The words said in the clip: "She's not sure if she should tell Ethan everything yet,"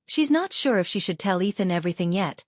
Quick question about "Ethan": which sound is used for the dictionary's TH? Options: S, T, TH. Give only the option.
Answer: TH